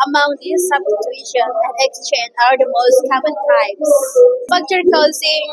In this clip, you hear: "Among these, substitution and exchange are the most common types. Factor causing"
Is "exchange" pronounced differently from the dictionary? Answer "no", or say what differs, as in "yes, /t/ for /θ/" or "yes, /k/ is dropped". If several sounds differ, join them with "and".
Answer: no